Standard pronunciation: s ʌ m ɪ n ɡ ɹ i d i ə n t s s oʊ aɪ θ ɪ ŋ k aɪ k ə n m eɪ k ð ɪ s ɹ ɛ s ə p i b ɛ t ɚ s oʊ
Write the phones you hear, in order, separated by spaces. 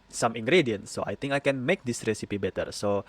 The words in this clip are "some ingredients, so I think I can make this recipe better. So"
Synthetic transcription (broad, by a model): s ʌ m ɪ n ɡ ɹ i d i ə n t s s oʊ aɪ t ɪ ŋ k aɪ k ə n m eɪ k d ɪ s ɹ ɛ s ə p i b ɛ t ɚ s oʊ